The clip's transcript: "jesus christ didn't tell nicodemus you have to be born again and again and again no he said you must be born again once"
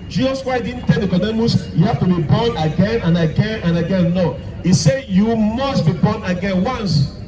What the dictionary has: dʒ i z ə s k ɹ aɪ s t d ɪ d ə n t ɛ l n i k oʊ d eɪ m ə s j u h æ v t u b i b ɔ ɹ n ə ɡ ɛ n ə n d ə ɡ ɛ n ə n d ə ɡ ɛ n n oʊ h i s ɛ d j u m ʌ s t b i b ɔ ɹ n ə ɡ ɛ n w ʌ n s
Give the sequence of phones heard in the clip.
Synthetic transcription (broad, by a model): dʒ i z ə s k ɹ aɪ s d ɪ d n t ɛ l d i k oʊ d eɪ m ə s j u h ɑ f t u b i b ɔ n ə ɡ ɛ n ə n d ə ɡ ɛ n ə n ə ɡ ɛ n n oʊ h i s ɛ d j u m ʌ s t b i b ɔ n ə ɡ ɛ n w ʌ n s